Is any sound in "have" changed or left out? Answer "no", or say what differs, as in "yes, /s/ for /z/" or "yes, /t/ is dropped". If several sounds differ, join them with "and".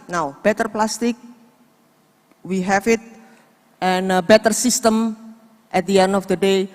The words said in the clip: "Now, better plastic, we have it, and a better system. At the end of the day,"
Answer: yes, /f/ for /v/